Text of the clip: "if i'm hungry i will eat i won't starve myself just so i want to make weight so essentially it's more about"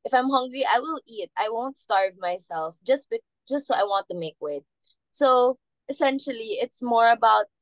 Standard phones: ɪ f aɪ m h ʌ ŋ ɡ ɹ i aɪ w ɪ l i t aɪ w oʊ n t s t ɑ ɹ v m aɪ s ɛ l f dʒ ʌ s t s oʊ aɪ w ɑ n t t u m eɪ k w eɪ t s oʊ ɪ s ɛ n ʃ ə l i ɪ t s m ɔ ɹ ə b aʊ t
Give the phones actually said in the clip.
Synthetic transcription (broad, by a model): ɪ f aɪ m h ʌ ŋ ɡ ɹ i aɪ w ɪ l i t aɪ w oʊ n t s t ɑ ɹ v m aɪ s ɛ l f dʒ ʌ s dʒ s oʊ aɪ w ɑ n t t u m eɪ k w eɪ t s oʊ ɪ s ɛ n ʃ ə l i ɪ t s m ɔ ɹ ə b aʊ t